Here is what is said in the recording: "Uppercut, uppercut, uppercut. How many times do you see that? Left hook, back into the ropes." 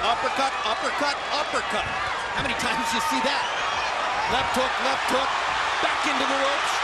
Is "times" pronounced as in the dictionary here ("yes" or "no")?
yes